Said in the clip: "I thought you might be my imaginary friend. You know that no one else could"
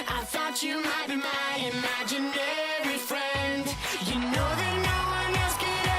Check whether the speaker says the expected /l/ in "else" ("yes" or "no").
no